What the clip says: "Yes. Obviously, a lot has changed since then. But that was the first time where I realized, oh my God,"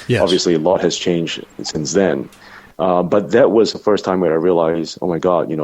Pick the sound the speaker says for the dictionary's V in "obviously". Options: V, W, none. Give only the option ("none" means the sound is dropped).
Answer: V